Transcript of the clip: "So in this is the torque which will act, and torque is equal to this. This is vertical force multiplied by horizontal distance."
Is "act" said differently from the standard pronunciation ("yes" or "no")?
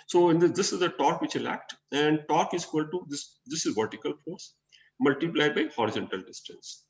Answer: no